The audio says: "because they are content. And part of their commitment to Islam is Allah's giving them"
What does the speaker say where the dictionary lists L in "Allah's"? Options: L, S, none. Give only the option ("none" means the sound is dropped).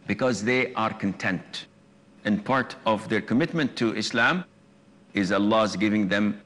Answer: L